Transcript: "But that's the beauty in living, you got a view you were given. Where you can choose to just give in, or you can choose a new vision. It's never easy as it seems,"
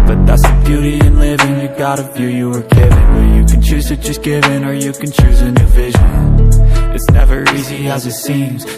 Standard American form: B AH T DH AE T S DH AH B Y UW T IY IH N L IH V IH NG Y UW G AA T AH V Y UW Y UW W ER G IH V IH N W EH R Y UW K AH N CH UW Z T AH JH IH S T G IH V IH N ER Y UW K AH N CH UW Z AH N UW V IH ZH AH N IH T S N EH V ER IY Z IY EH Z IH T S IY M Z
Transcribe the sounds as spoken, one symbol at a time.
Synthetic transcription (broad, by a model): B AH T DH AE T S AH B Y UW T IY IH N L IH V IH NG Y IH G AA T AH F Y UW Y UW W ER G IH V IH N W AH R Y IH K N CH UW Z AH CH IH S G IH V IH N ER Y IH K AH N CH UW Z AH N UW V IH ZH AH N IH T S N EH V ER IY Z IY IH Z IH T S IY M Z